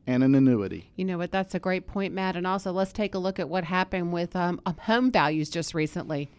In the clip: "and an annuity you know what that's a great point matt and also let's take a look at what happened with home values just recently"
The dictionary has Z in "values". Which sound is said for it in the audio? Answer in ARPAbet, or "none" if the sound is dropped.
Z